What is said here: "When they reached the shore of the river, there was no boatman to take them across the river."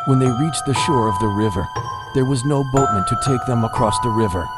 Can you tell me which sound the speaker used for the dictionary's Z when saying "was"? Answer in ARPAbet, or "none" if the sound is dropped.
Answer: Z